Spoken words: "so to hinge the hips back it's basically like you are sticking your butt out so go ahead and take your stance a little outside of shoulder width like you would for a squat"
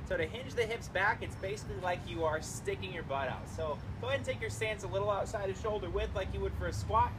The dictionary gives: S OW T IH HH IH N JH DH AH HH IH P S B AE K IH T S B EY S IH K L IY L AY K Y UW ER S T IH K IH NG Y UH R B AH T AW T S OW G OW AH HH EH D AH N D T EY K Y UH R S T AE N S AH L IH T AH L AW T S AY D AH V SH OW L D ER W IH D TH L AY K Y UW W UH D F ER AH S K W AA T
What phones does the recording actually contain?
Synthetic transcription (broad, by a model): S OW T IH HH IH N JH DH AH HH IH P S B AE K IH T S B EY S IH K L IY L AY K Y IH ER S T IH K IH NG Y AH R B AH T AW T S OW OW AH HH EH AH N T EY K Y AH R S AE N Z AH L IH T L AW T S AY D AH SH OW L D ER W IH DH L AY K Y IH W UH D F ER AH S K W AA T